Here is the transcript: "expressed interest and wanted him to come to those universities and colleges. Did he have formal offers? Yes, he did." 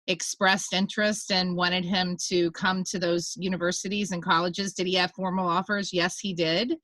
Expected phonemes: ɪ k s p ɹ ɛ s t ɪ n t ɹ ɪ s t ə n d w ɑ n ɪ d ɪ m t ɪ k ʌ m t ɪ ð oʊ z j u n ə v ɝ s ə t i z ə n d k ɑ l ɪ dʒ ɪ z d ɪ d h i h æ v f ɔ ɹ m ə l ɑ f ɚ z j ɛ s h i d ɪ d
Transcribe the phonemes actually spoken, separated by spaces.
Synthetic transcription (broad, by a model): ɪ k s p ɹ ɛ s t ɪ n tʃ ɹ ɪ s t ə n w ɑ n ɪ d ɪ m t ɪ k ʌ m t ɪ ð oʊ z j u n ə v ɝ s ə t i z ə n k ɑ l ɪ dʒ ɪ z d ɪ d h i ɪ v f ɔ ɹ m l ɑ f ɚ z j ɛ s h i d ɪ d